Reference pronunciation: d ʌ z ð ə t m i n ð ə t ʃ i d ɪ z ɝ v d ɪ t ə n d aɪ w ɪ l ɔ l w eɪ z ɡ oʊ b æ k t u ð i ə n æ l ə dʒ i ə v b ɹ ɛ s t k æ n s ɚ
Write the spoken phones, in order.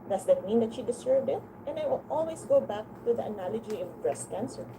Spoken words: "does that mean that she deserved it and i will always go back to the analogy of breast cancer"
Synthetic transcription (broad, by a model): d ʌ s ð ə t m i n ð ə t ʃ i d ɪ s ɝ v d ɪ t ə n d aɪ w ɪ l ɔ l w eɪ s ɡ oʊ b æ k t u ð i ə n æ l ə dʒ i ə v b ɹ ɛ s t k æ n s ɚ